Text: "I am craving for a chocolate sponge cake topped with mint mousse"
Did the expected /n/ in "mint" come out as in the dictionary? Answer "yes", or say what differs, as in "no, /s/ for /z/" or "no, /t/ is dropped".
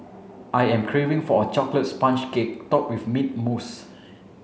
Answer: no, /n/ is dropped